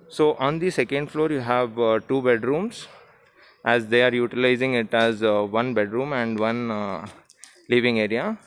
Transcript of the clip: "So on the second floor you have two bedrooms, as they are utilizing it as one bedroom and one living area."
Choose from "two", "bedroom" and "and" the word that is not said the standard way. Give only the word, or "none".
none